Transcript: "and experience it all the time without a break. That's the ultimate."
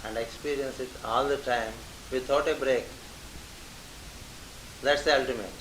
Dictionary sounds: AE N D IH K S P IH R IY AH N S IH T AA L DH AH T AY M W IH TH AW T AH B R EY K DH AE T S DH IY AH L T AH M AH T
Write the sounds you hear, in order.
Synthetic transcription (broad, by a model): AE N D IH K S P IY R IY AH N S IH T AA L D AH T AY M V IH T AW T AH B R EY K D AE T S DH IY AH L T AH M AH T